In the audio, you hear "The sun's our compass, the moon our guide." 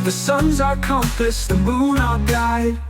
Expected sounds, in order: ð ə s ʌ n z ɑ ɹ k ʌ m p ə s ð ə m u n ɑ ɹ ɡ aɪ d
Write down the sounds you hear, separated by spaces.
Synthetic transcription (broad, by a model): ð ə s ʌ n z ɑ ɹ k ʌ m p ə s ð ə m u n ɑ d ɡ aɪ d